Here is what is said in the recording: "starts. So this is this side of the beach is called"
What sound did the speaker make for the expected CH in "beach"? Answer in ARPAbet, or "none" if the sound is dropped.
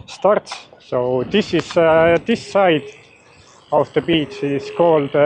S